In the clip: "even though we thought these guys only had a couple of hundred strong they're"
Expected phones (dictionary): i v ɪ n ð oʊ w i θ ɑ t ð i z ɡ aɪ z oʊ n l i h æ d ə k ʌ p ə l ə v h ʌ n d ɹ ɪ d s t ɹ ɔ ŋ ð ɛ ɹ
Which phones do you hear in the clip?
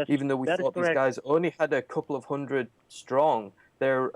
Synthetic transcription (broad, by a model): i v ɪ n ð oʊ w i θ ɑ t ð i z ɡ aɪ z oʊ n l i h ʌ d ə k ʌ p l ə v h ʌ n d ɹ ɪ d s t ɹ ɔ ŋ ð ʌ ɹ